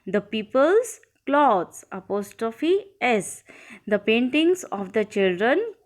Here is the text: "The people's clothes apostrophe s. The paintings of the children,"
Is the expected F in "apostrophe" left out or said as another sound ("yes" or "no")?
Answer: no